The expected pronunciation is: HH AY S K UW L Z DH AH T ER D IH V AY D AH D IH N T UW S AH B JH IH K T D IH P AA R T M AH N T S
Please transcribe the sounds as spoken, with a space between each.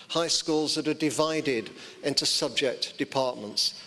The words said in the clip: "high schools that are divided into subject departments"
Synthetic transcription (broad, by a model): HH AY S K UW L Z DH AH T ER D IH V AY D AH D IH N T UW S AH B JH IH K T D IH P AA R T M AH N T S